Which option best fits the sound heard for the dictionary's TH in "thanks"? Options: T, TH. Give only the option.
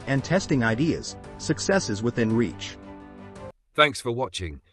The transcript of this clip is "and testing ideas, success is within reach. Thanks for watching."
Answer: TH